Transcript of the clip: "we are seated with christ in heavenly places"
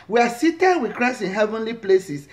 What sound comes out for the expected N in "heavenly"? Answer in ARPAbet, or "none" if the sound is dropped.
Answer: N